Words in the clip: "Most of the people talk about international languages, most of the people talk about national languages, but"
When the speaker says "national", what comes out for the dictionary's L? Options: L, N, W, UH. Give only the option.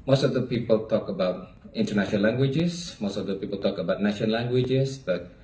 N